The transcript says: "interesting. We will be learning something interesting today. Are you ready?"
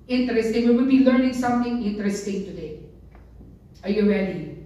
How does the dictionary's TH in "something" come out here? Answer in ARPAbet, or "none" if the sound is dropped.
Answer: T